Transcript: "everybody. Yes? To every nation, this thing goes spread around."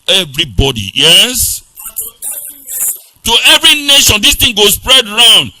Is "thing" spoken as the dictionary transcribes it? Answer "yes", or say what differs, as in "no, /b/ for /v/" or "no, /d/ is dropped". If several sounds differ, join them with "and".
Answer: no, /t/ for /θ/